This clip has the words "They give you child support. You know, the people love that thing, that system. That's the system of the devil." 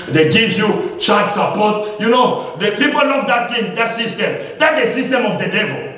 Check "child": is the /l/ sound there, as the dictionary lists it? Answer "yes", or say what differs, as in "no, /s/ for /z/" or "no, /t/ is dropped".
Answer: no, /l/ is dropped